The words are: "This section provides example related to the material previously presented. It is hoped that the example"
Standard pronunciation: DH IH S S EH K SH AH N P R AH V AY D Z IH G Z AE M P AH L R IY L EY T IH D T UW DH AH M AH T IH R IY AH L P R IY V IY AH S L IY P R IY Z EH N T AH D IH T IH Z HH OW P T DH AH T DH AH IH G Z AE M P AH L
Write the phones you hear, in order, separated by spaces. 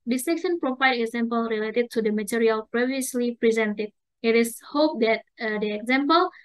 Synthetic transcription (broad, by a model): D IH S S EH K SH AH N P R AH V AY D IH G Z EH M P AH L R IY L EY T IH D T UW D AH M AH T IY R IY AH L P R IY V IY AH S L IY P R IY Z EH N T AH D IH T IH S HH OW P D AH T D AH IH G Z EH M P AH L